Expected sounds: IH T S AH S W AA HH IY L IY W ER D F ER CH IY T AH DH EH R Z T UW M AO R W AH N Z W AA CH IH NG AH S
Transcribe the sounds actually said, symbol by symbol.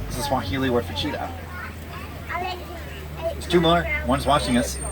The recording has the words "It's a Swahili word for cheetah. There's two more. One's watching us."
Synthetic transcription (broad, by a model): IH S AH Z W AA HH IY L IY W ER F ER CH IY T AH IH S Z T UW M AO R W AH N Z W AA CH IH NG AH S